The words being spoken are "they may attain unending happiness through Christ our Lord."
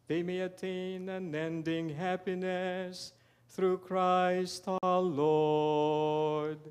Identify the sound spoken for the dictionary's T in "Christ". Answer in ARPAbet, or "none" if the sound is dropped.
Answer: T